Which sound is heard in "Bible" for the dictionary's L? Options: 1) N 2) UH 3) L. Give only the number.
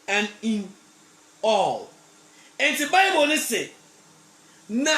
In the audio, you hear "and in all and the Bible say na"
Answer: 1